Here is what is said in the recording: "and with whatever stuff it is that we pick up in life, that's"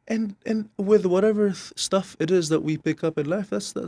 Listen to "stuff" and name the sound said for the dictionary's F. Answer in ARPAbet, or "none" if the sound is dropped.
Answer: F